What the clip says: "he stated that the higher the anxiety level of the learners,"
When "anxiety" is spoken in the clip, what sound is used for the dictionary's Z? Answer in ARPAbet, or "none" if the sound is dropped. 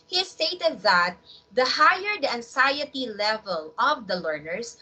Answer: S